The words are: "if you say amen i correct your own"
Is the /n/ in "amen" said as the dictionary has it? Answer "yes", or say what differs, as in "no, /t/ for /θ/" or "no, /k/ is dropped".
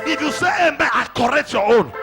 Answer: no, /n/ is dropped